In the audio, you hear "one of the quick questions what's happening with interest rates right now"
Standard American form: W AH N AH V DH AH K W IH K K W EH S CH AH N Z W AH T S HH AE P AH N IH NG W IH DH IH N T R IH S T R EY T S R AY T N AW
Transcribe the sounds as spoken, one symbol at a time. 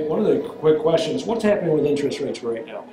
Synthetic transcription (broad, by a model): W AH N AH V DH AH K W IH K K W EH S CH AH N Z W AH T S HH AE P AH N IH NG W IH DH IH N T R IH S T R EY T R R AY T N AW